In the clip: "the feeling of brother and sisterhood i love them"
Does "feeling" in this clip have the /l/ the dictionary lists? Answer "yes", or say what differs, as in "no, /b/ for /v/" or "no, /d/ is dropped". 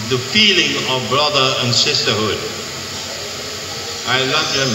yes